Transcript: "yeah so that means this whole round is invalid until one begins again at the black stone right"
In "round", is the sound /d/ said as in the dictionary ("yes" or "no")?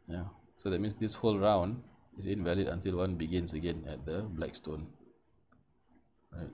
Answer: yes